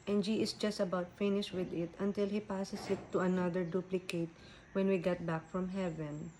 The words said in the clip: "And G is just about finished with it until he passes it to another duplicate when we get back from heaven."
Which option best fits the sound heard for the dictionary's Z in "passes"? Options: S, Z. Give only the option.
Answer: S